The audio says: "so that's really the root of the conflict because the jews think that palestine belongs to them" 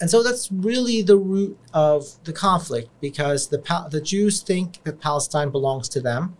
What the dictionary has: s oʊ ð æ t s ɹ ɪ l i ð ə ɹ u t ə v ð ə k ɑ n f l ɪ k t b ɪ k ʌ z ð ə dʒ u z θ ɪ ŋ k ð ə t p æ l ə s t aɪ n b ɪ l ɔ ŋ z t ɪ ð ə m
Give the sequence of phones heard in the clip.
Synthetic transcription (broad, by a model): s oʊ ð æ t s ɹ ɪ l i ð ə ɹ u t ə v ð ə k ɑ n f l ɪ k t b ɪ k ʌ z ð ə dʒ u z θ ɪ ŋ k ð ə t p æ l ə s t aɪ n b ɪ l ɔ ŋ z t ɪ ð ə m